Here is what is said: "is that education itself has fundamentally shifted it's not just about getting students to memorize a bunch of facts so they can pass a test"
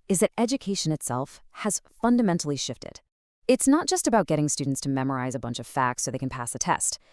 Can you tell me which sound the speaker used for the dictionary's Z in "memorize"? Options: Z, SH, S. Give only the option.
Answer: Z